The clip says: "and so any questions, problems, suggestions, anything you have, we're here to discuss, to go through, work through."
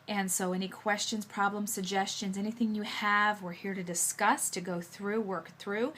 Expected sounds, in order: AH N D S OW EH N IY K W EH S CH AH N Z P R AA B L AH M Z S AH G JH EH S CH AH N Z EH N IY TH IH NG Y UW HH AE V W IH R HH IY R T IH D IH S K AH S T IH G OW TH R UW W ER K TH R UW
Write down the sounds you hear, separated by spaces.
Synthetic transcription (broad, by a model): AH N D S OW EH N IY K W EH S CH AH N Z P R AA B L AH M S AH G JH EH S CH AH N Z EH N IY TH IH NG Y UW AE V W IH R HH IY R T IH D IH S K AH S T IH G OW TH R UW W ER K TH R UW